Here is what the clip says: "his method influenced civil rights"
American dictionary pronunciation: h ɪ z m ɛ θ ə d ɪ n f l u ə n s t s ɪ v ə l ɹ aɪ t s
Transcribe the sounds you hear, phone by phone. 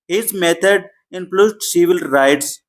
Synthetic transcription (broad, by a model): h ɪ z m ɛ t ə d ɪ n p l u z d s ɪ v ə l ɹ aɪ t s